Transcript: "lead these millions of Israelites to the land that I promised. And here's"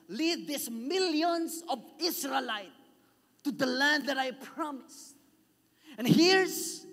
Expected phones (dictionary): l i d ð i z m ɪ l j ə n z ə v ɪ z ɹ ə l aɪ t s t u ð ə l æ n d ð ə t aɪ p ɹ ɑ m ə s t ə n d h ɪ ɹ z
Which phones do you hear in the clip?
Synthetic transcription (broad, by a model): l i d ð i s m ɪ l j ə n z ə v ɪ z ɹ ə l aɪ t t u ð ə l æ n d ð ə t aɪ p ɹ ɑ m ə s ə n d h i ɹ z